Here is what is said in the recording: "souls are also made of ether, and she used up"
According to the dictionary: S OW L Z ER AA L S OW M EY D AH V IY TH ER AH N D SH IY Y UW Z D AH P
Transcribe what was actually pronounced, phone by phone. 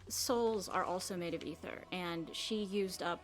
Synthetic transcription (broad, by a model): S OW L Z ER AA L S OW M EY D AH V IY TH ER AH N SH IY Y UW Z D AH P